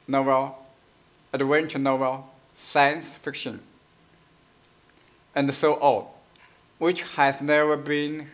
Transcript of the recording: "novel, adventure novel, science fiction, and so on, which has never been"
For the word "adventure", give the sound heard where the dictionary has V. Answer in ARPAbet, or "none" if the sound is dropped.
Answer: W